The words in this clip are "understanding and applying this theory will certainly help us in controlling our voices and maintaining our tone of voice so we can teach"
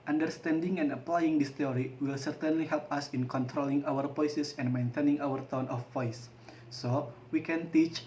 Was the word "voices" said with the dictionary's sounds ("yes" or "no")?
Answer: no